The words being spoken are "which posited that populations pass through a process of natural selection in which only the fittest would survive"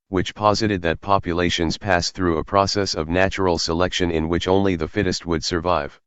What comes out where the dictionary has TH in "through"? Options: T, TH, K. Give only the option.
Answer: TH